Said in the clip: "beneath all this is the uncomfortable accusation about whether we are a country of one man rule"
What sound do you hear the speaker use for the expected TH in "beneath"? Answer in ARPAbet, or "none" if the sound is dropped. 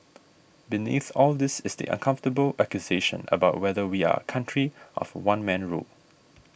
TH